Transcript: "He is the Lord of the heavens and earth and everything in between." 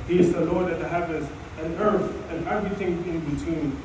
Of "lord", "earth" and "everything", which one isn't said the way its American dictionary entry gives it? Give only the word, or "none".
none